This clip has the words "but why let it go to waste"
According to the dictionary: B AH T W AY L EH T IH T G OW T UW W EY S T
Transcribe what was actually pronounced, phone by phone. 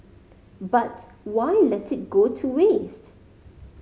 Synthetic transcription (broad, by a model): B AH T W AY L EH T IH T G OW T UW W EY S T